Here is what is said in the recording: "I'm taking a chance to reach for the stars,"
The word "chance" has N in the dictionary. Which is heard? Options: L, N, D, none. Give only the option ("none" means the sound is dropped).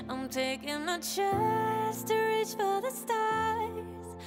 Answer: none